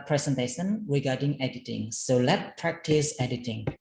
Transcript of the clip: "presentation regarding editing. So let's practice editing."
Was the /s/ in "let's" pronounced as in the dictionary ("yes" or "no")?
no